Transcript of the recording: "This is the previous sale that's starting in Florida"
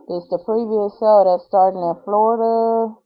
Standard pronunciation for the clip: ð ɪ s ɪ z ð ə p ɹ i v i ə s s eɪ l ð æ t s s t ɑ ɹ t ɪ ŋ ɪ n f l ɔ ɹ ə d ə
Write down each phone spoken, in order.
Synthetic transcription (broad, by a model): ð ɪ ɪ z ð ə p ɹ i v i ə s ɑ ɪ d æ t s s t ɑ ɹ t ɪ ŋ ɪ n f l ɔ ɹ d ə